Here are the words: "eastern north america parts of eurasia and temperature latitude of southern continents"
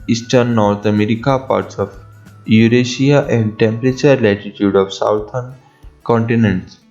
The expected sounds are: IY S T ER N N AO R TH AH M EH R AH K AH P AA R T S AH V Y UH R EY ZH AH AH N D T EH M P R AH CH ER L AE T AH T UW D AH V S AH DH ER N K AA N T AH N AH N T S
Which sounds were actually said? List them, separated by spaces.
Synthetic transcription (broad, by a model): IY S T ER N N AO R T AH M EH R AH K AH P AA R T S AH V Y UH R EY SH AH AH N D T EH M P R AH CH ER L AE T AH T UW D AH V S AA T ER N K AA N T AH N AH N T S